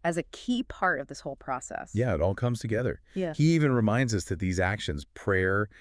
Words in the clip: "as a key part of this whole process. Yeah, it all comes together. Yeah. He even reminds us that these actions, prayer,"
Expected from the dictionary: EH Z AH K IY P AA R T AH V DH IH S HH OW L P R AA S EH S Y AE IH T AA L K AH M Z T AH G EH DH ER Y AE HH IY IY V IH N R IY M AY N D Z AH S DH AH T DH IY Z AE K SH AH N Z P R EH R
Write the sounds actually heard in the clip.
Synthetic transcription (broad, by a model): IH Z AH K IY P AA R T AH V DH IH S HH OW L P R AA S EH S Y AE IH T AA L K AH M Z T AH G EH DH ER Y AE HH IY IY V IH N R IY M AY N D Z AH S DH AH T DH IY Z AE K SH AH N Z P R EH R